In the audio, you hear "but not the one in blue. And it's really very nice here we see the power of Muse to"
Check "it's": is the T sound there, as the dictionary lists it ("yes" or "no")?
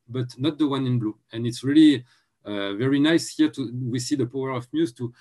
yes